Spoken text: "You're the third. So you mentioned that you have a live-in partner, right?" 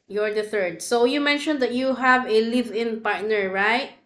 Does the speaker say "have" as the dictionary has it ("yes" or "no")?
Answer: yes